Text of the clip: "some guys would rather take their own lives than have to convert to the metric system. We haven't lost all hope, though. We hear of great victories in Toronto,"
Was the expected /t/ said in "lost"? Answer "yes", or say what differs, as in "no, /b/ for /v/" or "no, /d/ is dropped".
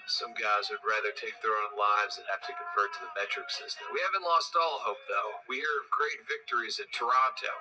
yes